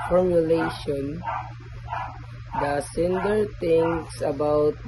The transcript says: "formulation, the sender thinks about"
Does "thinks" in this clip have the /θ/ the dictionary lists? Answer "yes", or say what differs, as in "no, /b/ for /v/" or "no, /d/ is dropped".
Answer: no, /t/ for /θ/